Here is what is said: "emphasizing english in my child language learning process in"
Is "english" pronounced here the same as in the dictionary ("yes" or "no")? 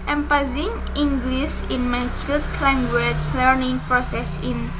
no